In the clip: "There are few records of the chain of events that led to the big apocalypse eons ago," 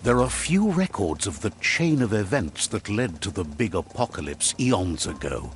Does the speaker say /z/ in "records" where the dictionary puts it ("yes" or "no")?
yes